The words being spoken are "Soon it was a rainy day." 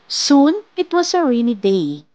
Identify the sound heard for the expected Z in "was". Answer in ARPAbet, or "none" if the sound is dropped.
S